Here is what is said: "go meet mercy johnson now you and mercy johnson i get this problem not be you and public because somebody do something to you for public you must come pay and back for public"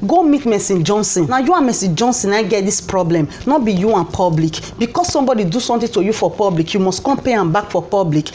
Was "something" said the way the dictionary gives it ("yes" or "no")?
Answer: no